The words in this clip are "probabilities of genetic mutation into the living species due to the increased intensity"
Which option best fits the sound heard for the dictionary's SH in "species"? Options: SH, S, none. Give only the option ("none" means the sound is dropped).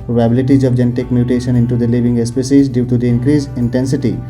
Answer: S